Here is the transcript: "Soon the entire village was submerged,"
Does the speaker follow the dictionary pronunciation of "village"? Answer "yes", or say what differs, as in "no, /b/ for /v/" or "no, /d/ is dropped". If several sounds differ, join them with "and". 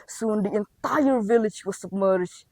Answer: yes